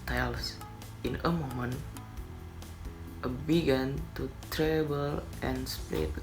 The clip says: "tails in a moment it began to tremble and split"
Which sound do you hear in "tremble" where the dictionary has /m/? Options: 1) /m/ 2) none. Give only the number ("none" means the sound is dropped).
2